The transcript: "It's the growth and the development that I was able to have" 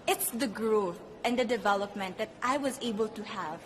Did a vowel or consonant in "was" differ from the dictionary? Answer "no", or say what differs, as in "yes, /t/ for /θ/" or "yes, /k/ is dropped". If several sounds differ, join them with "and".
no